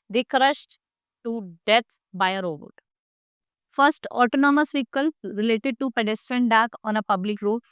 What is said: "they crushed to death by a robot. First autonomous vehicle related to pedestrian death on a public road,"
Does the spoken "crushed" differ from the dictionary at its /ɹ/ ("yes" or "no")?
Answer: no